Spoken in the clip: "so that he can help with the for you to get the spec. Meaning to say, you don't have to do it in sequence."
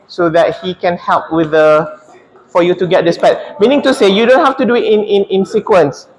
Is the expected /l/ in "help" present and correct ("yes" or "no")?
yes